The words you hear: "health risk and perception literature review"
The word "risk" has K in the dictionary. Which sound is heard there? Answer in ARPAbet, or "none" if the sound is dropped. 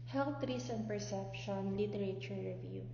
none